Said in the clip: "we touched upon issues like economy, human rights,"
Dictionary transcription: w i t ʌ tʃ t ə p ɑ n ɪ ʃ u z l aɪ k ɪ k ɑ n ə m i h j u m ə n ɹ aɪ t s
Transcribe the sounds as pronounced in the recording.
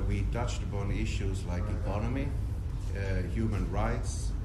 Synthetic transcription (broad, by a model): w i t ʌ tʃ t ə p ɑ n ɪ ʃ u z l aɪ k ɪ k ɑ n ə m i h j u m ə n ɹ aɪ t s